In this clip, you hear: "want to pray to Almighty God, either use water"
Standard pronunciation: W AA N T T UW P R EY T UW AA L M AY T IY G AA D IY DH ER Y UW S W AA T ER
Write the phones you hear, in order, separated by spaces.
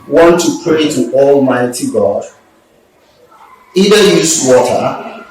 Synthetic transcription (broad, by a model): W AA N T T UW P R EY T UW AA L M AY T IY G AA D IY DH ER Y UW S W AA T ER